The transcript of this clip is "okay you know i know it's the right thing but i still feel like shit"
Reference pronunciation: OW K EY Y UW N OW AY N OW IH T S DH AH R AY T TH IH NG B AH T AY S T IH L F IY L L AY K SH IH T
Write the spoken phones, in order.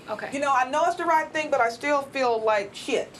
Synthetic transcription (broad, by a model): OW K EY Y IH N OW AY N OW IH T S DH AH R AY T TH IH NG B AH T AY S T IH L F IY L L AY K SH IH T